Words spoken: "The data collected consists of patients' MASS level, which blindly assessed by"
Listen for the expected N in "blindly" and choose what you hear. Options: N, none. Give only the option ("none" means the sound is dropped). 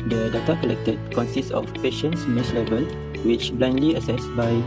N